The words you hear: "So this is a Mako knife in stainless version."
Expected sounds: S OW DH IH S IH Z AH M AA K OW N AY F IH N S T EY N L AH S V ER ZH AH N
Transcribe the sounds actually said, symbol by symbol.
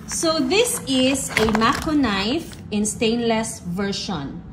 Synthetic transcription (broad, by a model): S OW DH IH S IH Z AH M AA K OW N AY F IH N S T EY N L AH S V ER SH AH N